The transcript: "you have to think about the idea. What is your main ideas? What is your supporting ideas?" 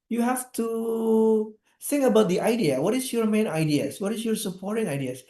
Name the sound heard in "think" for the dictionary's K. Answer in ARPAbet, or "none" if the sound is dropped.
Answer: none